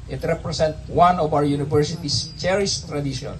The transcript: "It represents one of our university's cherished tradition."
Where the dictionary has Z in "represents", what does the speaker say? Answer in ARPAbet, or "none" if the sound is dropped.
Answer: S